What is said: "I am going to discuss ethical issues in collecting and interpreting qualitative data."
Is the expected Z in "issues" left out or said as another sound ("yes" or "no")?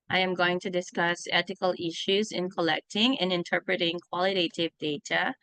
no